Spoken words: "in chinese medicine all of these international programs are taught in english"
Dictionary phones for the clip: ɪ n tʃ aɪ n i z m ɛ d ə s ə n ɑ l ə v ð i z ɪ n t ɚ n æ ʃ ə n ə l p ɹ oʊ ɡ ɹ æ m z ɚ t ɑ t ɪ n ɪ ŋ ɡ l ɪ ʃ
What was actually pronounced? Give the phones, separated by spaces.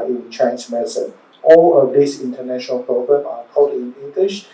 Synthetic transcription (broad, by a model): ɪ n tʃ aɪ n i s m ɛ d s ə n ɑ l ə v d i s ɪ n t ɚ n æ ʃ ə n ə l p ɹ oʊ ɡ ɹ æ m ɑ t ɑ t ɪ n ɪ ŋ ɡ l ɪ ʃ